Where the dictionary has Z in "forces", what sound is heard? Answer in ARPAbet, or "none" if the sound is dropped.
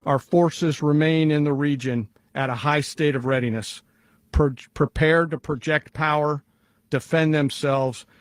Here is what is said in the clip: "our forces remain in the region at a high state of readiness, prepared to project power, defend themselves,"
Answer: Z